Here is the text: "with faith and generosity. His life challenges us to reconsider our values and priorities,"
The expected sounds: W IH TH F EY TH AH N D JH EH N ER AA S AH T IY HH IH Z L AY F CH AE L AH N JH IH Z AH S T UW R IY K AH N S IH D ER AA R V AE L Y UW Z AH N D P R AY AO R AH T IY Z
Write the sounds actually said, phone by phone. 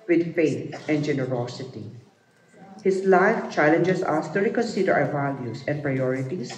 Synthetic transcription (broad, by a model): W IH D F EY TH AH N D JH EH N ER AA S AH T IY HH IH S L AY F CH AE L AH N JH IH S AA S T UW R IY K AH N S IH D ER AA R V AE L Y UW S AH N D P R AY AO R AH T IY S